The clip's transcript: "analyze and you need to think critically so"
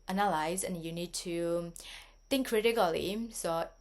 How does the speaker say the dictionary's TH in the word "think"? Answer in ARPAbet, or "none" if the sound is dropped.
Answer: T